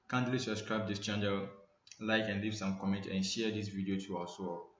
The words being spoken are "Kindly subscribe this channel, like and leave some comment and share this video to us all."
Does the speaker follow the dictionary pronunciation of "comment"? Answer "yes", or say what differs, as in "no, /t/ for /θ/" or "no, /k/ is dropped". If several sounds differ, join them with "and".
yes